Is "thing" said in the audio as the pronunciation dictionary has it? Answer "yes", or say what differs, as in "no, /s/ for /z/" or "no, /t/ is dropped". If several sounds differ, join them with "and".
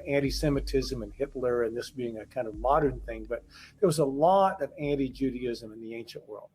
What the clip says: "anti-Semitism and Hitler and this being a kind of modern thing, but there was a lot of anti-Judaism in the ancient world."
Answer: yes